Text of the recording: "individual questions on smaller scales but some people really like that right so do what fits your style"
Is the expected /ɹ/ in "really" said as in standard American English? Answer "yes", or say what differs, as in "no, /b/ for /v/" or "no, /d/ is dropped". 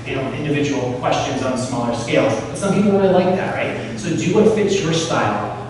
no, /w/ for /ɹ/